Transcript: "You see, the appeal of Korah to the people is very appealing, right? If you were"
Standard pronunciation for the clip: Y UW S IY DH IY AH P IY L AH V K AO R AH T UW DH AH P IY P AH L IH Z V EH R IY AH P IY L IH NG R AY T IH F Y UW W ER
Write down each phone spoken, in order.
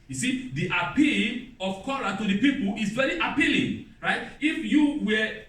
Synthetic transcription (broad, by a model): Y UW S IY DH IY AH P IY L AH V K AO L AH T UW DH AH P IY P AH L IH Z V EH R IY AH P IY L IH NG R AY T IH F Y UW W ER